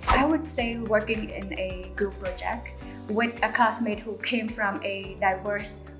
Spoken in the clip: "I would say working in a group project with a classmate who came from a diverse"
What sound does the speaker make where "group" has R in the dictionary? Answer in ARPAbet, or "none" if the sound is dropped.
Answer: none